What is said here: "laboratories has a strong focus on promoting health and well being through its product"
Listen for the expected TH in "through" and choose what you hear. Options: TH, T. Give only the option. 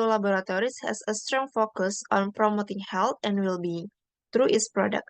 T